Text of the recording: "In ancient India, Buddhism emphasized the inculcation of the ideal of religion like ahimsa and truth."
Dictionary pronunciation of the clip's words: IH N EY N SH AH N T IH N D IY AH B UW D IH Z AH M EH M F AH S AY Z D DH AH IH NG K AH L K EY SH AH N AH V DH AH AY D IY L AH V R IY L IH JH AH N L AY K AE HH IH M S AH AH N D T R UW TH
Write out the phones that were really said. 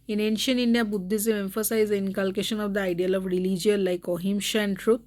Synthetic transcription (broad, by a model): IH N EY N SH AH N T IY N D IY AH B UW D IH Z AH EH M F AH S AY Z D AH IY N K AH L K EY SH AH N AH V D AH AY D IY L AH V R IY L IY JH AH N L AY K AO HH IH M SH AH AH N D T R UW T